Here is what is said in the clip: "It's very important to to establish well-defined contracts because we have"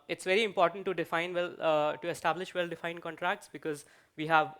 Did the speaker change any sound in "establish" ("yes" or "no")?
no